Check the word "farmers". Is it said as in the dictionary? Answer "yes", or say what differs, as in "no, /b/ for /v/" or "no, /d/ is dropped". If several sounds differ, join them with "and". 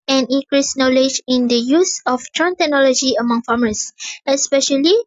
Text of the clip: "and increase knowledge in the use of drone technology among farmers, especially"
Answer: no, /s/ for /z/